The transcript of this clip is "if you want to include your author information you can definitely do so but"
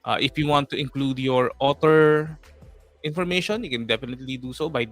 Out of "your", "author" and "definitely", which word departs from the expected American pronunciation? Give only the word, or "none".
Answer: author